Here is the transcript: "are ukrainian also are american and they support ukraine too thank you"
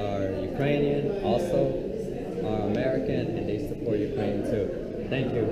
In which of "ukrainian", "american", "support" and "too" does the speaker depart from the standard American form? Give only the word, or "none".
too